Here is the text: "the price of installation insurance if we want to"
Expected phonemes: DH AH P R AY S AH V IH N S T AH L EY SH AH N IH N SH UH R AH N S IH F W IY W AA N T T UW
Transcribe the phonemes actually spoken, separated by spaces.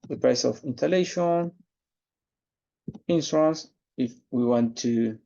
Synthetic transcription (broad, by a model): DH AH P R AY S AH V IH N T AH L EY SH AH N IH N S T R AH N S IH F W IY W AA N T T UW